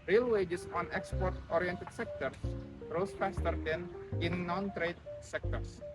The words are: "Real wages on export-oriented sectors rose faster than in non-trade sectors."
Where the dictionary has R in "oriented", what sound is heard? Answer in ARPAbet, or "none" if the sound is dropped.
R